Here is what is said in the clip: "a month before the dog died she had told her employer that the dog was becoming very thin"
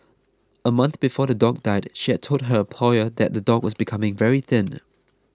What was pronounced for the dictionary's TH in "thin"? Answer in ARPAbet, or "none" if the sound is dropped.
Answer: TH